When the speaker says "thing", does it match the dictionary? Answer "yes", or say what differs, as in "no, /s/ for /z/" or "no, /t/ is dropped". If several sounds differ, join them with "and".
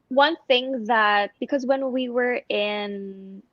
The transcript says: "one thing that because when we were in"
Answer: yes